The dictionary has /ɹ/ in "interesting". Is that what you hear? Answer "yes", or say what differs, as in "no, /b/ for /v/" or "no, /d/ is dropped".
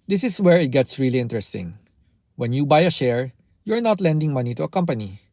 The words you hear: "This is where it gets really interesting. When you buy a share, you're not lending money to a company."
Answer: yes